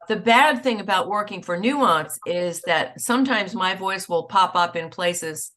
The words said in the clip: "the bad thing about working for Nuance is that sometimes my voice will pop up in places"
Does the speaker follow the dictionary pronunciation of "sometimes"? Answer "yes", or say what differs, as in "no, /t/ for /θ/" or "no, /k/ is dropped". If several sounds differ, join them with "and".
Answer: yes